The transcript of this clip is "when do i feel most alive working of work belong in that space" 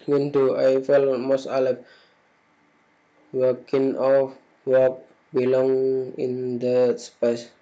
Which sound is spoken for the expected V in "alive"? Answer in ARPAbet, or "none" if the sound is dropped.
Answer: P